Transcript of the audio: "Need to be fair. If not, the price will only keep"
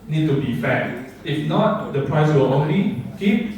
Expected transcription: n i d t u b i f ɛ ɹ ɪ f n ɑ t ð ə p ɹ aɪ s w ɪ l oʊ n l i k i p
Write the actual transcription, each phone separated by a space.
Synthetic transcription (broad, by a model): n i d t u b i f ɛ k ɪ f n ɑ t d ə p ɹ aɪ s w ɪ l oʊ n l i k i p